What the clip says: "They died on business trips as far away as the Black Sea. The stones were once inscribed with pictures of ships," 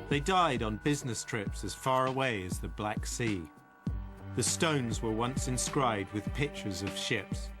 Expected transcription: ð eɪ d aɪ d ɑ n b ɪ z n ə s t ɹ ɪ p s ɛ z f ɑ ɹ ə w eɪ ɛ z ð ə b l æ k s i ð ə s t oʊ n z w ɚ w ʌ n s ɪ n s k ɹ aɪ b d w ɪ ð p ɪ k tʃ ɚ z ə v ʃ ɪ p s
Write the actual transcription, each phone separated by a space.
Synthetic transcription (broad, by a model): ð eɪ d aɪ d n b ɪ z n ə s t ɹ ɪ p s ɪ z f ɑ ɹ ə w eɪ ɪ z ð ə b l æ k s i ð ə s t oʊ n z w ɚ w ʌ n s ɪ n s k ɹ aɪ b d w ɪ ð p ɪ k tʃ ɚ z ə v ʃ ɪ p s